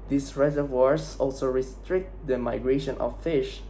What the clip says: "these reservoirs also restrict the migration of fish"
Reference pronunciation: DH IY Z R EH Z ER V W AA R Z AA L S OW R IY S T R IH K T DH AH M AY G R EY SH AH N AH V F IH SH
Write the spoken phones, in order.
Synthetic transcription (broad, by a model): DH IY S R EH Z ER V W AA R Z AA L S OW R IY S T R IH K T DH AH M AY G R EY SH AH N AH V F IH SH